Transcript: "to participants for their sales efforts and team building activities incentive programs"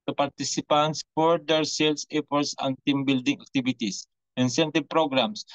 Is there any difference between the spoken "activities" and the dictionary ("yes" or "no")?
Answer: yes